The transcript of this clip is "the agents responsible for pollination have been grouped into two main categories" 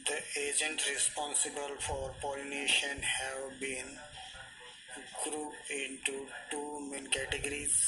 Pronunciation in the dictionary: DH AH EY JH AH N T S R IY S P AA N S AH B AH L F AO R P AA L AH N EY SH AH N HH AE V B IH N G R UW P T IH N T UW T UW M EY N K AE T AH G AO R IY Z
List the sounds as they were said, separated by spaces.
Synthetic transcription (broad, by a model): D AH EY JH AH N T R IY S P AA N S AH B AH L F AO R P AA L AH N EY SH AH N HH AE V B IH N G R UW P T IH N T UW T UW M EY N K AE T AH G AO R IY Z